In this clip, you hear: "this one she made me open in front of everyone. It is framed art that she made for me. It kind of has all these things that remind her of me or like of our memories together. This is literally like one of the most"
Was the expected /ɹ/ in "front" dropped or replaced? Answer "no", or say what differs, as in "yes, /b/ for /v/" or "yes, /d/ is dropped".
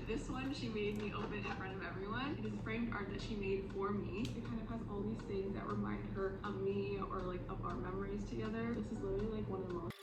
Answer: no